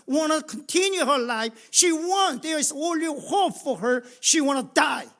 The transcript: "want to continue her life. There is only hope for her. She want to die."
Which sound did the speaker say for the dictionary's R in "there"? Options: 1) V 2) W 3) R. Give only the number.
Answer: 2